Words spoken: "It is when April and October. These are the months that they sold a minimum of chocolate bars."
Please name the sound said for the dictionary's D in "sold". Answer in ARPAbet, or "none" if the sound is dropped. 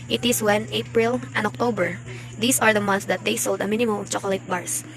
D